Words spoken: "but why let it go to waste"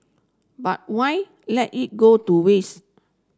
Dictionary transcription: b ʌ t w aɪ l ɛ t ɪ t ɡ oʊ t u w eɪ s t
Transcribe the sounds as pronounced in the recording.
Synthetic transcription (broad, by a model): b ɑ t w aɪ l ɛ t ɪ t ɡ oʊ t u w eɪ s